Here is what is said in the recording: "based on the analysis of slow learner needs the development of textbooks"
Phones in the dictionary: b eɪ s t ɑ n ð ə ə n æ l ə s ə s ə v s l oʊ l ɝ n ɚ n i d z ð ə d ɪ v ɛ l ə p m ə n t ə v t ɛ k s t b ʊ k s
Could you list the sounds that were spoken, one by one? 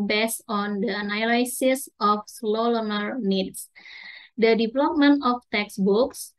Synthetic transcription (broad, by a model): b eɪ s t ɑ n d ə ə n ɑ l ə s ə s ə f s l oʊ l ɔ n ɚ n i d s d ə d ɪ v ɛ l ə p m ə n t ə f t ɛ k s b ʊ k s